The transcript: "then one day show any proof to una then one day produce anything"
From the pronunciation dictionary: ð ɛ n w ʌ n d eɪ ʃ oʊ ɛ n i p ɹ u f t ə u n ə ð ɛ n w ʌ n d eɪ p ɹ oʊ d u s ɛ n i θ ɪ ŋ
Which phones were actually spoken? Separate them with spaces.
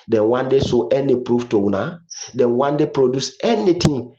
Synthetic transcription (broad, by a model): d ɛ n w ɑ n d eɪ s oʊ ɛ n i p ɹ u f t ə u n ə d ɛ n w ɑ n d eɪ p ɹ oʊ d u s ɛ n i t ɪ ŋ